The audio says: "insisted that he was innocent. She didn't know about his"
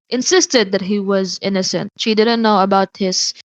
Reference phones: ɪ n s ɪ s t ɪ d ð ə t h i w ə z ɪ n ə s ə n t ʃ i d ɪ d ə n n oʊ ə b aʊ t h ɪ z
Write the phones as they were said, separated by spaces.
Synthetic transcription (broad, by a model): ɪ n s ɪ s t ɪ d ð ə t h i w ə z ɪ n ə s ə n t ʃ i d ɪ d n n oʊ ə b aʊ t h ɪ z